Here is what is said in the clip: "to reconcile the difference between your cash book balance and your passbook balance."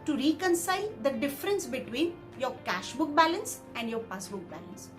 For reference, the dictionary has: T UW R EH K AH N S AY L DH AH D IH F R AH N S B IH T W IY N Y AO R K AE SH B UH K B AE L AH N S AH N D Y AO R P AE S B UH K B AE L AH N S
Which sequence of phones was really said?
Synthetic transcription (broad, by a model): T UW R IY K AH N S AY L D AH D IH F R AH N S B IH T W IY N Y AO R K AE SH B UH K B AE L AH N S AH N D Y AO R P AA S B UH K B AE L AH N S